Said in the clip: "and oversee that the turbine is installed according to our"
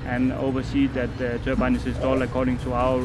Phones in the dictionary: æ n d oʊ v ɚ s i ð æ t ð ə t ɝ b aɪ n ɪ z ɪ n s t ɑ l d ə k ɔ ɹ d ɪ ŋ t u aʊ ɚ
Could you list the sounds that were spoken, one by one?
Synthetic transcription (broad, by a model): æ n oʊ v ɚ s i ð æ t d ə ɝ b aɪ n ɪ s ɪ s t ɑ l ə k ɔ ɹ d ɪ ŋ t u aʊ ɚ